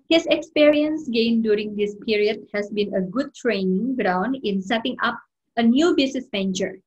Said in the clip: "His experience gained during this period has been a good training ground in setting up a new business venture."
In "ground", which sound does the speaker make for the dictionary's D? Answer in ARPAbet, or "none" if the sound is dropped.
D